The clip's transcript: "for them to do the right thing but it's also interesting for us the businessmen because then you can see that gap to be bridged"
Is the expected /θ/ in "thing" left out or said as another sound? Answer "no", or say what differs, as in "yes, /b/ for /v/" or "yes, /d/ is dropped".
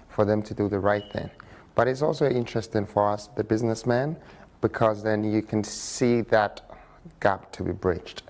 no